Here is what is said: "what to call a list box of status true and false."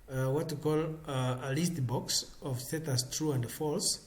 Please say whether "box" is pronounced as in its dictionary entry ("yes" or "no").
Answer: yes